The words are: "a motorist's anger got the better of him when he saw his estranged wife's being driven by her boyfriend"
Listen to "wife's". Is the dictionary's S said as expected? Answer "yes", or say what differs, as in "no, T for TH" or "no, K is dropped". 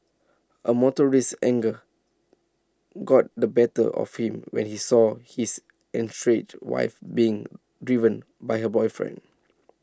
no, S is dropped